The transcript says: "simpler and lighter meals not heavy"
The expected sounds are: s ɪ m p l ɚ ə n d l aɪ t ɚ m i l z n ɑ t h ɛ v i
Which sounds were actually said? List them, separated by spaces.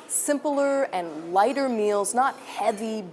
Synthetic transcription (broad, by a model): s ɪ m p l ɚ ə n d l aɪ t ɚ m i l z n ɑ t h ɛ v i